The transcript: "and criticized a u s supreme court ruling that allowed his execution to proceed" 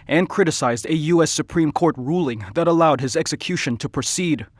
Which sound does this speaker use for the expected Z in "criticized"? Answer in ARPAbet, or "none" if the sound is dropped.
Z